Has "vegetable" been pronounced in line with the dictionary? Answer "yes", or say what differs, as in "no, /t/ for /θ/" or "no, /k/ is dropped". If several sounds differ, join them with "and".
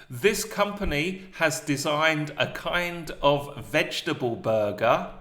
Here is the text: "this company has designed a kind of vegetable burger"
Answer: yes